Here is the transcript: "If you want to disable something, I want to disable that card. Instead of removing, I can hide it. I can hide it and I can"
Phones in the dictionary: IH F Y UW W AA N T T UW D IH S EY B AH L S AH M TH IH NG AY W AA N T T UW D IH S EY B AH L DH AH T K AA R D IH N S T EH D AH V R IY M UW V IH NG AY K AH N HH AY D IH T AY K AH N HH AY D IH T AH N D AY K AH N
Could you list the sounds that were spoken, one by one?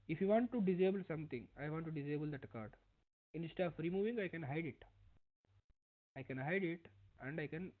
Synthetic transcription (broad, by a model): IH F Y UW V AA N T T UW D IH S EY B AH L S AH M T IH NG AY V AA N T T UW D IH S EY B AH L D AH T K AA R D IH N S T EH AH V R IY M UW V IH NG AY K AH N HH AY D IH T AY K AH N HH AY D IH T AH N D AY K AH N